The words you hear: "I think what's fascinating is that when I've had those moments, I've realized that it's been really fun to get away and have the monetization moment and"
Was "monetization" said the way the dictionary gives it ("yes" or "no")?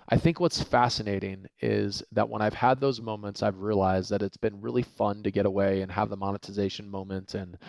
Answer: yes